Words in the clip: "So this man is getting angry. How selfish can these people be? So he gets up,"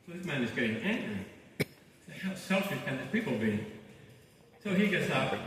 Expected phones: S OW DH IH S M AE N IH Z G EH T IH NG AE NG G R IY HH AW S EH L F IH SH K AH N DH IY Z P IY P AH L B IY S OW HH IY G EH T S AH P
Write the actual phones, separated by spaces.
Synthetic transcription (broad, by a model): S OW DH IH S M AE N IH Z G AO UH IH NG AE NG G R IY HH AW S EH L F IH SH K AH N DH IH S P IY P L B IY S OW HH IY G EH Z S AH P